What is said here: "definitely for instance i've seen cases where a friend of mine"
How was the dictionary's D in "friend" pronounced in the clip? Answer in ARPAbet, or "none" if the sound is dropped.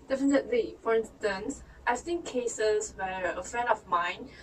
none